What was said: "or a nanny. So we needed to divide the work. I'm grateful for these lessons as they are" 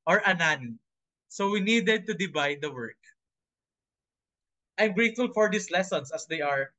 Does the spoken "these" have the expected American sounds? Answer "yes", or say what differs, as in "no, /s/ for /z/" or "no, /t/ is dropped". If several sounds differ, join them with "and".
no, /s/ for /z/